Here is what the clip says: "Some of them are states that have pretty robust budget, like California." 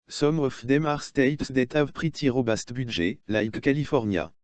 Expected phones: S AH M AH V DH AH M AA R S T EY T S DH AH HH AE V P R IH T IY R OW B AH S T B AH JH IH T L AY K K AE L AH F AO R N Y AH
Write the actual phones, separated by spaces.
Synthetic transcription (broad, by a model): S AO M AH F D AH M AA R S T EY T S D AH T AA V P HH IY T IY R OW B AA S T B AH ZH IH L AY K K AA L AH F AO R N Y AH